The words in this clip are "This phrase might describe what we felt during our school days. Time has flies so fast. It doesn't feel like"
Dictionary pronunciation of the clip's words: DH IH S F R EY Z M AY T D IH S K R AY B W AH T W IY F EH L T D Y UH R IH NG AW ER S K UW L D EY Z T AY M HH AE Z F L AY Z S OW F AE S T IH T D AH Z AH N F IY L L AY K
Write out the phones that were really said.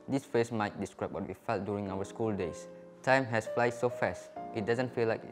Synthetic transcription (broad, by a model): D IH S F EY S M AY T D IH S K R AY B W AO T W IY F EH L T D Y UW R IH NG AW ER S K UW L D EY S T AY M HH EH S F L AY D S OW F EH S T IH T D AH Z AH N F IY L L AY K